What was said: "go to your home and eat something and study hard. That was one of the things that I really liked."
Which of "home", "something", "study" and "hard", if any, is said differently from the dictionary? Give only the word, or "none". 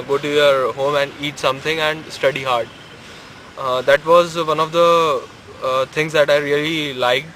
something